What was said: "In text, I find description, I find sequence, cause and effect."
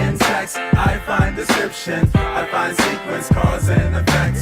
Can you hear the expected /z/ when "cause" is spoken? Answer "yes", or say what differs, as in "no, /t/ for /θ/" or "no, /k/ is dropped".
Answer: yes